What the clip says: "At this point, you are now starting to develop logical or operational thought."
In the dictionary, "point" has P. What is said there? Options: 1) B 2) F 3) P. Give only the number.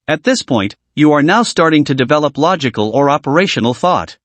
3